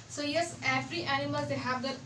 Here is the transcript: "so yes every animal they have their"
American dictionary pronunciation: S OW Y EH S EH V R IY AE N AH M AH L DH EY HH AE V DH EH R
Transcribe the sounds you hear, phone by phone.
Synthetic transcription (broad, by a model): S OW Y EH S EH F R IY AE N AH M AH L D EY HH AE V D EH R